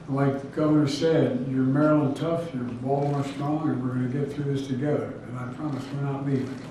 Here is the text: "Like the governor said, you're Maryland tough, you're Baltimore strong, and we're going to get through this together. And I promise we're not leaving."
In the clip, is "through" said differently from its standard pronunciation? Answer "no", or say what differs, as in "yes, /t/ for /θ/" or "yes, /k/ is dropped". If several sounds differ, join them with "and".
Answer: no